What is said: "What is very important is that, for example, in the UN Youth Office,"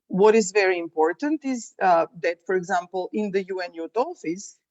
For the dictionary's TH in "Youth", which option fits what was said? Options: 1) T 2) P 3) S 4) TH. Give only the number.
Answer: 1